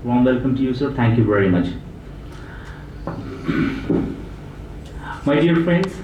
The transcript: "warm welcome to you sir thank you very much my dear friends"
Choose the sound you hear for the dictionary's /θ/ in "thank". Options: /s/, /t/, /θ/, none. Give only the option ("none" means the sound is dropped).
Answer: /t/